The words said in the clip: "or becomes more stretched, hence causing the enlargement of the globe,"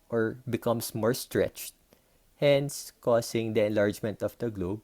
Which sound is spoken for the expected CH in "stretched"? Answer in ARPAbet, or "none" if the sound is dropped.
CH